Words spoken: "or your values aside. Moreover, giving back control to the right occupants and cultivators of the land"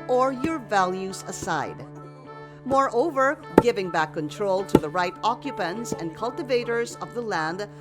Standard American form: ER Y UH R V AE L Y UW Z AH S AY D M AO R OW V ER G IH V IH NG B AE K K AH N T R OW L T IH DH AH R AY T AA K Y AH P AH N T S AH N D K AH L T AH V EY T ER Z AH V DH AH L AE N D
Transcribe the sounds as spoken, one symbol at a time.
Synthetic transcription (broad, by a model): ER Y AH R V AE L Y UW Z AH S AY D M AO R OW V ER G IH V IH NG B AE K K AH N T R OW L T IH DH AH R AY T AA K Y AH P AH N T S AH N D K AH L T AH V EY T ER Z AH V DH AH L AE N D